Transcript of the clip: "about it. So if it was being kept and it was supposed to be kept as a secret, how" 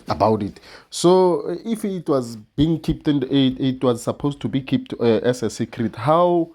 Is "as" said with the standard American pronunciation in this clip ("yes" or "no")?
no